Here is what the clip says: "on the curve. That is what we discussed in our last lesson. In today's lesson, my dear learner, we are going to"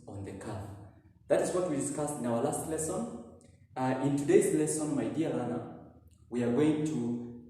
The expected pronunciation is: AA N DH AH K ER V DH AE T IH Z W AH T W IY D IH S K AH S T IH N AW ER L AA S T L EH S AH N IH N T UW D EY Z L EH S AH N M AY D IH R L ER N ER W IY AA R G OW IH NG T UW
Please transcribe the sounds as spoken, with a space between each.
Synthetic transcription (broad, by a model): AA N DH AH K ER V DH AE T IH Z W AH T W IY D IH S K AH S T IH N AW ER L AA S T L EH S AH N IH N T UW D EY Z L EH S AH N M AY D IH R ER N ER W IY AA R G OW IH NG T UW